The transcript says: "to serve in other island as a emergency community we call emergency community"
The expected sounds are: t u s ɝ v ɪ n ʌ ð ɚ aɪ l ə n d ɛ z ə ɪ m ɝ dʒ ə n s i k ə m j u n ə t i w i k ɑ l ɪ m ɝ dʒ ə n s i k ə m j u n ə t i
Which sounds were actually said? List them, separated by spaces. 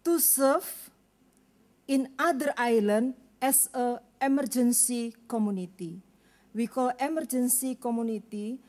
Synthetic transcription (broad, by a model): t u s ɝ f ɪ n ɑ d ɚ aɪ l ə n d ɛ s ə ɪ m ɝ dʒ ə n s i k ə m u n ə t i w i k ɑ l ɪ m ɝ dʒ ə n s i k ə m u n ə t i